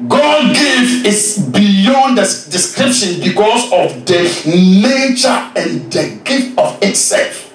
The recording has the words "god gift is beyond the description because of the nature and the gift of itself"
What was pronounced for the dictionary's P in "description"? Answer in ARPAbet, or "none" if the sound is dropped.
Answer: P